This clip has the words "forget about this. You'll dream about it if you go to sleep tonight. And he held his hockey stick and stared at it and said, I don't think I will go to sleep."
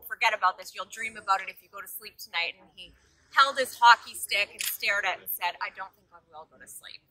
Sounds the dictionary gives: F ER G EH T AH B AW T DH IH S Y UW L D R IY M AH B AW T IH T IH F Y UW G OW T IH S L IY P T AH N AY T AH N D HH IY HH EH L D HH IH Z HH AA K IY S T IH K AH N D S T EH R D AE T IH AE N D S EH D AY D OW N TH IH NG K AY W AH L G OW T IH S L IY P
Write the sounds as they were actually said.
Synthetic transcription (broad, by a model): F ER G EH T AH B AW T DH IH S Y UW L D R IY M AH B AW T IH T IH F Y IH G OW T IH S L IY P T AH N AY T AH N IY HH EH L D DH IH S HH AA K IY S T IH K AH N S T EH R D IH T N S EH D AY D OW N TH IH NG K AY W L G OW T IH S L IY P